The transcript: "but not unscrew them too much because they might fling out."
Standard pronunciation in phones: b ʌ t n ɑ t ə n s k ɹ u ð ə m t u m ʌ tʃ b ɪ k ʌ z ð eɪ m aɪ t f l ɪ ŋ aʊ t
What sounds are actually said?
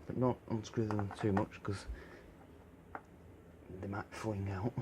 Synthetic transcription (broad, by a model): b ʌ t n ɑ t ə n s k ɹ u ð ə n t u m ʌ tʃ k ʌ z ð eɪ m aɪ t f l ɪ ŋ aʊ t